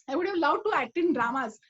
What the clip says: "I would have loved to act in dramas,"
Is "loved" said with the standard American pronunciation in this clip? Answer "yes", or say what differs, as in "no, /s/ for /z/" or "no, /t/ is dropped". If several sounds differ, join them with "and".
no, /w/ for /v/